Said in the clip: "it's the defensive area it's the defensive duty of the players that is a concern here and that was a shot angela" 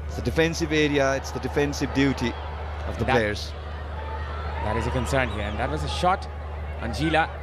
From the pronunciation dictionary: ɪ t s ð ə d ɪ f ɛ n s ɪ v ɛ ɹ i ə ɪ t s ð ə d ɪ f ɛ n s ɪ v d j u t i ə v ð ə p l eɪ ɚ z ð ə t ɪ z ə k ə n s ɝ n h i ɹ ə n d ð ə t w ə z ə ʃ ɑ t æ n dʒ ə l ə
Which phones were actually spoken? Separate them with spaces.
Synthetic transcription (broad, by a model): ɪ t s ð ə d ɪ f ɛ n s ɪ v ɛ ɹ i ə ɪ t s ð ə d ɪ f ɛ n s ɪ v d j u t i ə v ð ə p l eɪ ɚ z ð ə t ɪ z ə k ə n s ɝ n h i ɹ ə n ð ə t w ə z ə ʃ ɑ t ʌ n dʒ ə l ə